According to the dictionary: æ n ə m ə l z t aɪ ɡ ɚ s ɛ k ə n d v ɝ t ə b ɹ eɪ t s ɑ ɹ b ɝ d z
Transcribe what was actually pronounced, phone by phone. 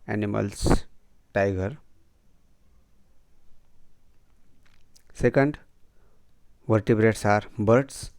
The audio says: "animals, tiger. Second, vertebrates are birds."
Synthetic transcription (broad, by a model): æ n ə m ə l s t aɪ ɡ ɚ s ɛ k ə n d v ɝ t ə b ɹ eɪ t s ɑ ɹ b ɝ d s